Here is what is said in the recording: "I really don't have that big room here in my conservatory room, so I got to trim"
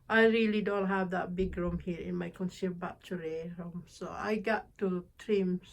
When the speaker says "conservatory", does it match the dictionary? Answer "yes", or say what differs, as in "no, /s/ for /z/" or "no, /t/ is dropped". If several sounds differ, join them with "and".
no, /b/ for /v/